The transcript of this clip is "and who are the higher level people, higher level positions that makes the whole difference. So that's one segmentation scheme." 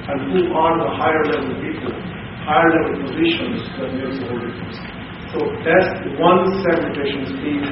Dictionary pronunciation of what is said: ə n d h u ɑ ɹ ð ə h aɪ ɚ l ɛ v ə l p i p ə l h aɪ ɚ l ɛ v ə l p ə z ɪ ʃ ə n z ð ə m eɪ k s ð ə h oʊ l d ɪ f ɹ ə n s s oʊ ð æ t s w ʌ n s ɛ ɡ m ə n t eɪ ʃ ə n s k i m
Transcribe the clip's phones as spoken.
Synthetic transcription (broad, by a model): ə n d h u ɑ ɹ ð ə h aɪ ɚ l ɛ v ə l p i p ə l h aɪ ɚ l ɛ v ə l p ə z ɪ ʃ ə n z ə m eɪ s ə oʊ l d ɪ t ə s s oʊ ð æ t s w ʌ n s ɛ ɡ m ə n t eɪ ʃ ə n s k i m